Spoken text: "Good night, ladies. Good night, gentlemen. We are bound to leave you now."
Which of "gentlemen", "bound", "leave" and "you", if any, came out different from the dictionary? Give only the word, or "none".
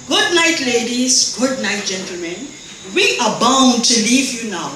none